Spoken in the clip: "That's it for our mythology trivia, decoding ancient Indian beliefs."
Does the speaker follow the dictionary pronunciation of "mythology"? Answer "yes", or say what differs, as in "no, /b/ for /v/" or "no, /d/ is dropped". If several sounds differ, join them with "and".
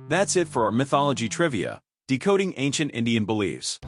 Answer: yes